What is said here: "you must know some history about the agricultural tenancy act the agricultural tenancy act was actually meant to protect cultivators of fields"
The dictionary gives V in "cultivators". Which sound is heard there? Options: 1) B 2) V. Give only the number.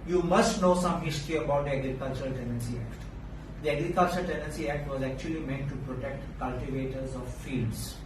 2